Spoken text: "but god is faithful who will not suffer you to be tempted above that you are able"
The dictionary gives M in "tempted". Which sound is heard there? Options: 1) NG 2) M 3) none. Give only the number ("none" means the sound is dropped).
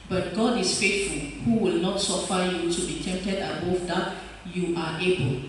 2